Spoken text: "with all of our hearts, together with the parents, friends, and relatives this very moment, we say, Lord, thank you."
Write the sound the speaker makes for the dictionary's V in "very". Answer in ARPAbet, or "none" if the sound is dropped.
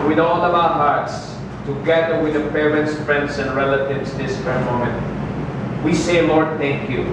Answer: F